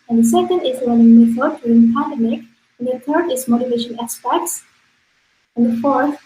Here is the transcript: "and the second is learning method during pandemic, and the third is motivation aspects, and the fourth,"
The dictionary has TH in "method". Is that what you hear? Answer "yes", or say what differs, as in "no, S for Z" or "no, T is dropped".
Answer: no, S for TH